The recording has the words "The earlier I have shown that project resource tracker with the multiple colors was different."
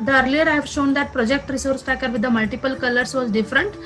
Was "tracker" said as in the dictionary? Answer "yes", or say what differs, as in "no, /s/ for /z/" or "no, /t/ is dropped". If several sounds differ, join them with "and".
no, /ɹ/ is dropped